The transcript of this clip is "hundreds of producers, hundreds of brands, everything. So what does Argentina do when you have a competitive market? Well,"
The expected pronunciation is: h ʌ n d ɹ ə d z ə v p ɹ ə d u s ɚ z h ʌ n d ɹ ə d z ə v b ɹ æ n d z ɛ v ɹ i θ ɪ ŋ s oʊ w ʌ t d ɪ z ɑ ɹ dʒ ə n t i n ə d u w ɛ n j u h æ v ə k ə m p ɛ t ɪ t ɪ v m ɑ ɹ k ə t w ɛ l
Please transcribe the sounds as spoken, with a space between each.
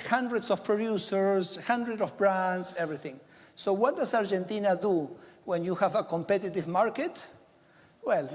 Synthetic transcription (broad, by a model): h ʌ n d ɹ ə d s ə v p ɹ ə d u s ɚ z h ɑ n d ɹ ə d ə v b ɹ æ n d s ɛ v ɹ i θ ɪ ŋ s oʊ w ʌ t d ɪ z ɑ ɹ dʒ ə n t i n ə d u w ɛ n j u h æ v ə k ə m p ɛ t ɪ t ɪ v m ɑ ɹ k ə t w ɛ l